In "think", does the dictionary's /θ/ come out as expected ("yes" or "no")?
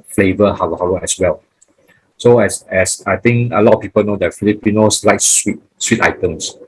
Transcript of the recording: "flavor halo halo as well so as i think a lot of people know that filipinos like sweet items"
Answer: no